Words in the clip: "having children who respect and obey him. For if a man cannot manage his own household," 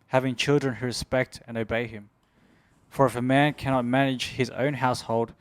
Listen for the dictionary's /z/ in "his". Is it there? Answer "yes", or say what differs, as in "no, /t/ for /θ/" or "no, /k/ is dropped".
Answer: yes